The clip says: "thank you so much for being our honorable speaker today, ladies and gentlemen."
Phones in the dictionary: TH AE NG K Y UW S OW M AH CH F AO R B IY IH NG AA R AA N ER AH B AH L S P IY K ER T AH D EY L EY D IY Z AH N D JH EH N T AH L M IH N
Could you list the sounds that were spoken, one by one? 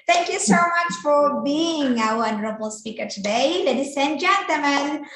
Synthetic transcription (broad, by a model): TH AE NG K Y UW S OW M AH CH F AO R B IY IH NG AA W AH N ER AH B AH L S P IY K ER T AH D EY L EY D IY S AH N JH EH N T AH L M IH N